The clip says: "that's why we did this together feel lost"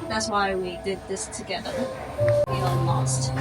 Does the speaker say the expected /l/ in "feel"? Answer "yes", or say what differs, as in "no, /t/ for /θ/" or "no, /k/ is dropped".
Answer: no, /n/ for /l/